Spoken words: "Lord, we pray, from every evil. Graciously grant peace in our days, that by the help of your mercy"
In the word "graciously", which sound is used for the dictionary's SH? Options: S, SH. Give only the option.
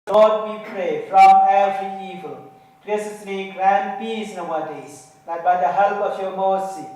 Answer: S